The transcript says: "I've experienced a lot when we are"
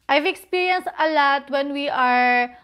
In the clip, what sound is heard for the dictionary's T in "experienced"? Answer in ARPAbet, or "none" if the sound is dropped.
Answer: none